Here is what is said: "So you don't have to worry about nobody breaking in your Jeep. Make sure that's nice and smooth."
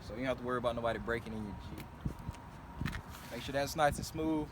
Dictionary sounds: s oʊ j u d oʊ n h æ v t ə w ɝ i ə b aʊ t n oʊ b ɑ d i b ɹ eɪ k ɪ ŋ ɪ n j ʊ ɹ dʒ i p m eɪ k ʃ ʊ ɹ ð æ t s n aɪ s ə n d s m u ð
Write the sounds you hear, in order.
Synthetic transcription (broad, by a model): s oʊ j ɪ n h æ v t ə w ɝ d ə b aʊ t n oʊ b ɑ d i b ɹ eɪ k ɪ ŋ ɪ n j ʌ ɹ tʃ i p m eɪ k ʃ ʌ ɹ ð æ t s n aɪ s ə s m u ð